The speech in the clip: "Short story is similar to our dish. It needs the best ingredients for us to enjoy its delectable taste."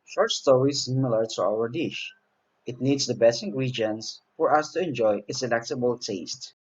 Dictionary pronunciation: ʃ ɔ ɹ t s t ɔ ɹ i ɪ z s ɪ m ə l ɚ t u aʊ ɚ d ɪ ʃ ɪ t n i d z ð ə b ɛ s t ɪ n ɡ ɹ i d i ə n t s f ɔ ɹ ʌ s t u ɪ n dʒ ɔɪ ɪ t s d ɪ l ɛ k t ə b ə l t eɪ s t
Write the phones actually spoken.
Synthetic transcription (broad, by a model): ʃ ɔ ɹ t s t ɔ ɹ i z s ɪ m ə l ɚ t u aʊ ɚ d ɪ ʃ ɪ t n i d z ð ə b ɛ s ɪ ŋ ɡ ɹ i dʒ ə n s f ɔ ɹ ʌ s t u ɪ n dʒ ɔɪ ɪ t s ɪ l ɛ k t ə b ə l t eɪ s t